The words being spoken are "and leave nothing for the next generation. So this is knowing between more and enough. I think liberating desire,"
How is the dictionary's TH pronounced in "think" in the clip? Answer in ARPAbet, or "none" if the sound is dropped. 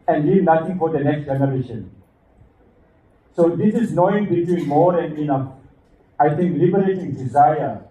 T